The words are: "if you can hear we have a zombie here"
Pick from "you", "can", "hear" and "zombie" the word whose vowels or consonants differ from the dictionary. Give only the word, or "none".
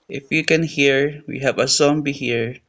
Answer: zombie